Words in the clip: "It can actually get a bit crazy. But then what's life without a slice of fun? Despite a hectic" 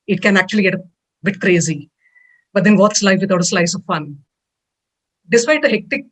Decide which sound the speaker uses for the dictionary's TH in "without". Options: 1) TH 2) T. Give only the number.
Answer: 2